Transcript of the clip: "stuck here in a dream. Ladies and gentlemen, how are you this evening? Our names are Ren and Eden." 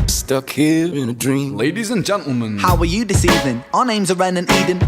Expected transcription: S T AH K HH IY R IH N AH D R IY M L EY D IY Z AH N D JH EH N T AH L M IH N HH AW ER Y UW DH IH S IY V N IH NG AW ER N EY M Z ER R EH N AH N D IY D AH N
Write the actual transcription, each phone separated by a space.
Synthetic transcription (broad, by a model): S T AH K HH IY R IH N AH D R IY M L EY D IY Z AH N JH EH N T L M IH N HH AW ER Y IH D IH S IY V IH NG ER N EY M Z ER R EH N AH N IY D N